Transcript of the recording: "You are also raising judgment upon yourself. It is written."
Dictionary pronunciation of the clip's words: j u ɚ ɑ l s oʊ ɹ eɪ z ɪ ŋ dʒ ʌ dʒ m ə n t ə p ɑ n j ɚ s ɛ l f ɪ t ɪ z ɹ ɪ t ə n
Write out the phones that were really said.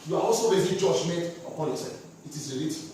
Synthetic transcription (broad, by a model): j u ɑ ɑ l s oʊ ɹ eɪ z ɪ dʒ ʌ dʒ m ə n t ə p ɑ n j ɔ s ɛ f ɪ t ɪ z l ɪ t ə